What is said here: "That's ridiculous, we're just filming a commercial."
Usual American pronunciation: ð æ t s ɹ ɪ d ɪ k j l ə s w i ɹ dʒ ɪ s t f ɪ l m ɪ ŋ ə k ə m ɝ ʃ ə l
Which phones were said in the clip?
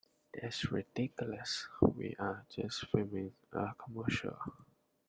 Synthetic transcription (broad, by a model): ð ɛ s ɹ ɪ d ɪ k j l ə s w i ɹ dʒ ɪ s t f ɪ m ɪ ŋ ə k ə m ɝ ʃ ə l